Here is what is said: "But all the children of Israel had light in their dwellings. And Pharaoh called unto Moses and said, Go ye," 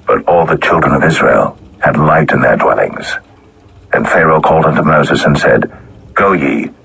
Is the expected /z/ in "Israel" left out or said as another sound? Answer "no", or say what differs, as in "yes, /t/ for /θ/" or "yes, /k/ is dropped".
no